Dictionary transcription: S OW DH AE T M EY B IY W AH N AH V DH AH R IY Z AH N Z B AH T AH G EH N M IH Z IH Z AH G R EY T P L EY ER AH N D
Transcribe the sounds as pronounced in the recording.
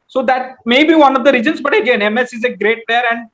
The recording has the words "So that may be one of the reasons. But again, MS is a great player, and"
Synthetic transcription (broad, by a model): S OW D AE T M EY B IY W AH N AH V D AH R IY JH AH N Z B AH T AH G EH N M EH S IH Z AH G R EY T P EY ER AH N D